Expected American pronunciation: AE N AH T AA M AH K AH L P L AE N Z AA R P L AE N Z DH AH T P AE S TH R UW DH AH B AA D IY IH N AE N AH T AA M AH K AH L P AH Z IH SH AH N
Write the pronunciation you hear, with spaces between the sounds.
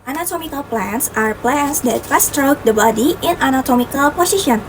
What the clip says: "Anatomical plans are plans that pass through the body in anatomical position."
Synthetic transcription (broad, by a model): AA N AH T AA M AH K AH L P L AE N S AA R P L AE N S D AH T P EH S T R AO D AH B AA D IY IH N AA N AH T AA M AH K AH L P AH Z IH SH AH N